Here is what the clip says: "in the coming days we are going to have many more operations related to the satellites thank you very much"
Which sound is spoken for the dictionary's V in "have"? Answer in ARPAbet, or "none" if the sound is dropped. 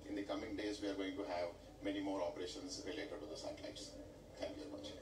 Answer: V